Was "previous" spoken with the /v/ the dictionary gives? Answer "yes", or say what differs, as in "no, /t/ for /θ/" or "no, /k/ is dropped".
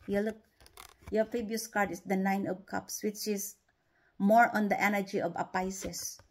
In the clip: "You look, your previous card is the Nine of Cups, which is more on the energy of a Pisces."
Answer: no, /b/ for /v/